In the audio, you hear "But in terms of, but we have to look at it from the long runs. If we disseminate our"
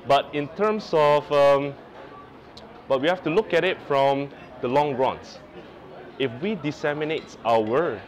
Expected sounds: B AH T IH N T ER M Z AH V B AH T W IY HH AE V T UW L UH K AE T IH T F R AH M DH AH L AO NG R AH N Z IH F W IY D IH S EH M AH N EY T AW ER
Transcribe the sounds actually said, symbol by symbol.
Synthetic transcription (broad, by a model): B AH T IH N T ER M S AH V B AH T W IY HH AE F T UW L UH K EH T IH T F R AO M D AH L AO NG R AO N S IH F W IY D IH S EH M AH N EY T AW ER